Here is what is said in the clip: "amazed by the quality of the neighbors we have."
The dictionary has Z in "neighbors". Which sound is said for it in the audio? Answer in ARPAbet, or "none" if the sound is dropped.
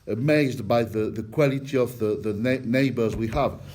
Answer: Z